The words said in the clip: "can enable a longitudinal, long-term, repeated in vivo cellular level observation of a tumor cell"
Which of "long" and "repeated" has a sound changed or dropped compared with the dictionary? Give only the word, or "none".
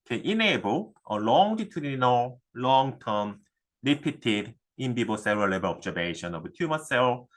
repeated